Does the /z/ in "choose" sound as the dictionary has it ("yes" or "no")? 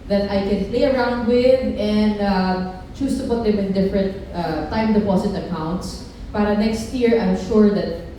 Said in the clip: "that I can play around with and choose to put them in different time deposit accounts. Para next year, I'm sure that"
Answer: no